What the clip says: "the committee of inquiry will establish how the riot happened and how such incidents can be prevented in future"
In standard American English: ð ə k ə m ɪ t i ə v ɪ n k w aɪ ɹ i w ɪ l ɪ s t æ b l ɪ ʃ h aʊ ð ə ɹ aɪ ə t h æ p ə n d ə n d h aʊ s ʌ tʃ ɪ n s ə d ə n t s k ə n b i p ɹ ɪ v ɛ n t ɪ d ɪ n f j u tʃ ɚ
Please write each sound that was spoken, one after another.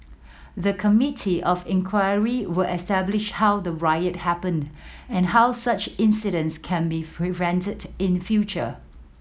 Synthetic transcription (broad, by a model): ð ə k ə m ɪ t i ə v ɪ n k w aɪ ɹ i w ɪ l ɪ s t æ b l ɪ ʃ h aʊ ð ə ɹ aɪ ə t h æ p ə n d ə n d h aʊ s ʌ tʃ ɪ n s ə d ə n s k ə n b i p ɹ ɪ v ɛ n t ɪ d ɪ n f j u tʃ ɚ